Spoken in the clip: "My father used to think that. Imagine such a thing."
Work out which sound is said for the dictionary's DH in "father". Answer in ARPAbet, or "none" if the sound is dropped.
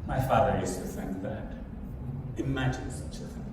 DH